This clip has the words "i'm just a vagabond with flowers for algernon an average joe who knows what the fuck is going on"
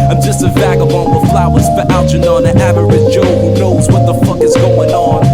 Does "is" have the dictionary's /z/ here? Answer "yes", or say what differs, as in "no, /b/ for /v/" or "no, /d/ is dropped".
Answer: yes